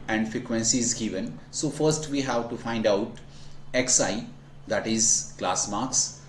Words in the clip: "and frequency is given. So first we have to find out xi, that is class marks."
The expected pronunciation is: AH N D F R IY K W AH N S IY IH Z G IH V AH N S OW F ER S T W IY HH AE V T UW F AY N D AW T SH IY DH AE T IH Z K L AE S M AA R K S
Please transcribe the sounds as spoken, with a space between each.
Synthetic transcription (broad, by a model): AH N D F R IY K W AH N S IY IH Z G IH V AH N S OW F ER S T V IY HH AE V T UW F AY N D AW T S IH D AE T IH Z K L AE S M AA R K S